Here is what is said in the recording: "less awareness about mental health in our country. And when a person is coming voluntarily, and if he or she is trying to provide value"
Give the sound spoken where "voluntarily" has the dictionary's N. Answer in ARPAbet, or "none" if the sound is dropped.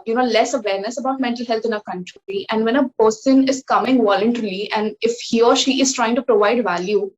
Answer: none